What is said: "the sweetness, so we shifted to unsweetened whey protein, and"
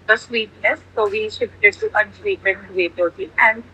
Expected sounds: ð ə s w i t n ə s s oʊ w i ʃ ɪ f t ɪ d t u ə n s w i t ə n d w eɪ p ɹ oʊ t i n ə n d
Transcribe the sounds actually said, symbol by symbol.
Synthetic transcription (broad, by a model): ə s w i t n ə s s oʊ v i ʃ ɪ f t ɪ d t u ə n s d i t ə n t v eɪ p oʊ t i ə n d